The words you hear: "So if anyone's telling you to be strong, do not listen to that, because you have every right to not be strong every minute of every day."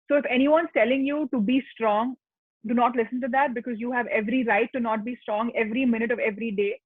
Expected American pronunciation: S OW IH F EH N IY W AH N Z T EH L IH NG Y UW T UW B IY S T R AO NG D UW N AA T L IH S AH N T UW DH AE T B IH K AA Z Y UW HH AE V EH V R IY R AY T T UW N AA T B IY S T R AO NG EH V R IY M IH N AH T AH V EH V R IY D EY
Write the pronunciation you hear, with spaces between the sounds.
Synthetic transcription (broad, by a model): S OW IH F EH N IY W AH N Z T EH L IH NG Y UW T UW B IY S T R AO NG D UW N AA T L IH S AH N T UW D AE T B IH K AA Z Y UW HH AE V EH V R IY R AY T T UW N AA T B IY S T R AO NG EH V R IY M IH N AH T AH V EH V R IY D EY